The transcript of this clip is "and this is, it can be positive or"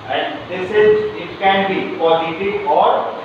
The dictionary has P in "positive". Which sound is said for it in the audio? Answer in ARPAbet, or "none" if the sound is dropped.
F